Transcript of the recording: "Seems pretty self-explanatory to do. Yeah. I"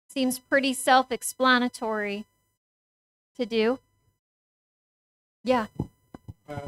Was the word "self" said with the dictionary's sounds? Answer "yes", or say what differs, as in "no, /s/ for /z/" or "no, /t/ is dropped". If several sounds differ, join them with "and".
yes